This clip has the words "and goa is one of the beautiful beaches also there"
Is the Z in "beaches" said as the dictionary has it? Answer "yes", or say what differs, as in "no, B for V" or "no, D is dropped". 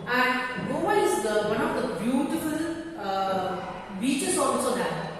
no, S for Z